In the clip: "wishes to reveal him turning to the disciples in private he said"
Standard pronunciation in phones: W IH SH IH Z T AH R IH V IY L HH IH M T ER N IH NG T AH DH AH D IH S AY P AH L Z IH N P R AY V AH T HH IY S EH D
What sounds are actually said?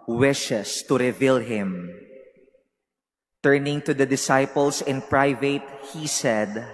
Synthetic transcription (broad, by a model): W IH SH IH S T AH R IH V IY L HH IH M T ER N IH NG T AH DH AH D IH S AY P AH L S IH N P R AY V AH T HH IY S EH D